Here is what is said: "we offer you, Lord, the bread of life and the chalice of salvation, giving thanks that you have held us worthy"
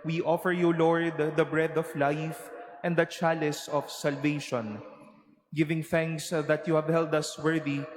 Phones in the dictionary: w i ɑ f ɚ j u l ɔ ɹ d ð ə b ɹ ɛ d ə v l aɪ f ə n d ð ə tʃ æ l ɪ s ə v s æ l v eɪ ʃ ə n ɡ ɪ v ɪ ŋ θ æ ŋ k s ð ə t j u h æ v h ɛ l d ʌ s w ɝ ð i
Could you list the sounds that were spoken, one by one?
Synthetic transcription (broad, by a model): w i ɑ f ɚ j u l ɔ ɹ d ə b ɹ ɛ d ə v l aɪ f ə n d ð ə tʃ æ l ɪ s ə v s æ l v eɪ ʃ ə n ɡ ɪ v ɪ ŋ θ æ ŋ k s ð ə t j u h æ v h ɛ l d ʌ s w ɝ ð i